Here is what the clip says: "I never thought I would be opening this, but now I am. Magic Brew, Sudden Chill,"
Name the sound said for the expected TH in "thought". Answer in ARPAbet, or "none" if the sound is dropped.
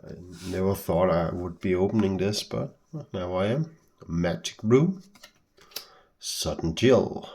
TH